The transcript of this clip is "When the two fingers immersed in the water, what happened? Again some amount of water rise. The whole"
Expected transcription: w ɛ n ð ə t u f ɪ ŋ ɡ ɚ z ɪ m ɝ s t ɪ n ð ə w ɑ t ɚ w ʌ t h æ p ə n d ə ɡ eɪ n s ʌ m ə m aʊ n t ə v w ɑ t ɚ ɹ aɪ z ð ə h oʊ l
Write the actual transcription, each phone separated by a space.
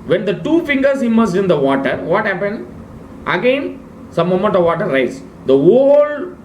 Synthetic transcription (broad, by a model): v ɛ n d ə t u f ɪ ŋ ɡ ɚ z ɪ m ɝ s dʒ ɪ n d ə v ɑ t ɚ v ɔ t h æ p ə n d ə ɡ eɪ n s ʌ m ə m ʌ n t ə v ɑ t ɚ ɹ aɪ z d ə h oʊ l